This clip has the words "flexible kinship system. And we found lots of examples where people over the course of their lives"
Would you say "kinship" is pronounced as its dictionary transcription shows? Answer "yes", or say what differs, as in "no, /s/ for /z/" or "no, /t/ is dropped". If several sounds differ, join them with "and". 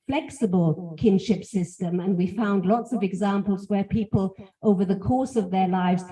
yes